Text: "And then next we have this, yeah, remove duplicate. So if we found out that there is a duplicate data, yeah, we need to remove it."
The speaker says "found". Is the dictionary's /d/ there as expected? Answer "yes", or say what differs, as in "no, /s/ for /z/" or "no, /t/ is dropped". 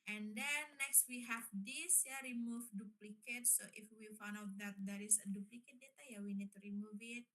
no, /d/ is dropped